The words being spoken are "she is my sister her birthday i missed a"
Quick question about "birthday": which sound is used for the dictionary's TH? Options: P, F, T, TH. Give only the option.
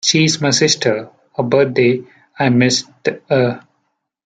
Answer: T